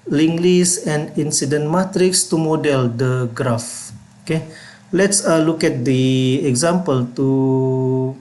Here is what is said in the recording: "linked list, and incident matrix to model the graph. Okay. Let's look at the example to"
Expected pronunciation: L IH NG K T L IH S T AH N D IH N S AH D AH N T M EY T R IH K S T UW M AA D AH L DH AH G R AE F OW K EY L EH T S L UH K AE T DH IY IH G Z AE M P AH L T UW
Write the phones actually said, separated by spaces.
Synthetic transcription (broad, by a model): L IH NG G L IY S AH N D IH N S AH D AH N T M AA T R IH K S T UW M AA D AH L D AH G R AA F OW K EY L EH T S L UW K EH T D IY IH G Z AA M P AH L T UW